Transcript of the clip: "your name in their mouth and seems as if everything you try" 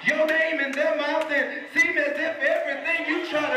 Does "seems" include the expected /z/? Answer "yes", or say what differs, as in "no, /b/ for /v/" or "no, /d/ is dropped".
no, /z/ is dropped